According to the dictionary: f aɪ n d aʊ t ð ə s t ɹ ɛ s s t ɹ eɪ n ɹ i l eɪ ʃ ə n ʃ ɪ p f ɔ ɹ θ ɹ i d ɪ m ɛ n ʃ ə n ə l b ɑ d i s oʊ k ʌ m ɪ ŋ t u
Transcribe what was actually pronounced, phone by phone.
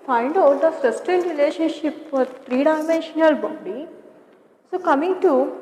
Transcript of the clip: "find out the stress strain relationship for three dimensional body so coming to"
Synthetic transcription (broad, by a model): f aɪ n d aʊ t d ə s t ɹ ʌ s s t eɪ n ɹ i l eɪ ʃ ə n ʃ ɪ p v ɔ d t ɹ i d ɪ m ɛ n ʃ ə n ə l b ɑ d i s oʊ k ʌ m ɪ ŋ t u